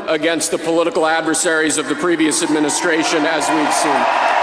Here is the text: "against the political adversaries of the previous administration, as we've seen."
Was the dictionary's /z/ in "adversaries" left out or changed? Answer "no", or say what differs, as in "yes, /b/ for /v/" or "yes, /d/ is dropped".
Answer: no